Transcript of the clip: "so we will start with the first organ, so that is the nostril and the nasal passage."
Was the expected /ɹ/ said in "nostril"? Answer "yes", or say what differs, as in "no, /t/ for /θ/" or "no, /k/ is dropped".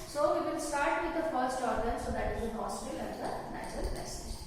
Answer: no, /ɹ/ is dropped